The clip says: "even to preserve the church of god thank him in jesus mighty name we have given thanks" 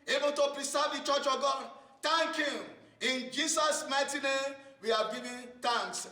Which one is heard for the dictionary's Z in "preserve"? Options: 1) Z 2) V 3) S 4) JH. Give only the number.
3